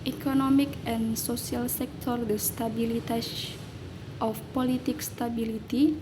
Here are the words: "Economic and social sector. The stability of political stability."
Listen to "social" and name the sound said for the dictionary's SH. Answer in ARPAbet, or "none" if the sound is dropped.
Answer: S